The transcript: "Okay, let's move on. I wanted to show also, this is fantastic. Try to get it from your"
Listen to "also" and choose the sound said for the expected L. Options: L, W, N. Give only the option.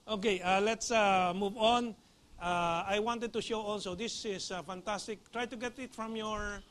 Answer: N